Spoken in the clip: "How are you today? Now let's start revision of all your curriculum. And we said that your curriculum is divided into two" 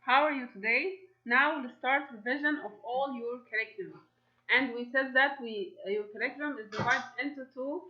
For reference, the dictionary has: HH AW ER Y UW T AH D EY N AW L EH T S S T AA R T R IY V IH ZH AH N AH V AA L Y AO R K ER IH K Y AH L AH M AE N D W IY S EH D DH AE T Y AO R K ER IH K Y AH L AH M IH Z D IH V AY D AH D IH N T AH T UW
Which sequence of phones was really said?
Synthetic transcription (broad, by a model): HH AW ER Y UW T AH D EY N AW W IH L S S T AA R T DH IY V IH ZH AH N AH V AA L Y AO R K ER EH K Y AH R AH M AE N D W IY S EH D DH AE T Y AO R K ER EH K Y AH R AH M IH Z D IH W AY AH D IH N T AH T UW